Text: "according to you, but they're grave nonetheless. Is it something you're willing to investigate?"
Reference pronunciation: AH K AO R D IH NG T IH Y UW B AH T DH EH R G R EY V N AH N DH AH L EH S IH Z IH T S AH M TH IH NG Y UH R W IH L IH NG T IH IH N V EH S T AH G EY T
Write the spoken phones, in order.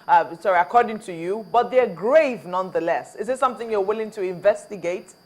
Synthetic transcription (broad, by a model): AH K AO R D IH NG T IH Y UW B AH T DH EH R G R EY V N AH N DH AH L EH S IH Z IH T S AH M TH IH NG Y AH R W IH L IH NG T IH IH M V EH S T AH G EY T